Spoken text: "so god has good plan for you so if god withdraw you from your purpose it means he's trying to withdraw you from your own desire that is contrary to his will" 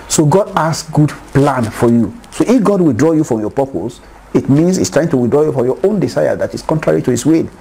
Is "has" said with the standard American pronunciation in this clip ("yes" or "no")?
no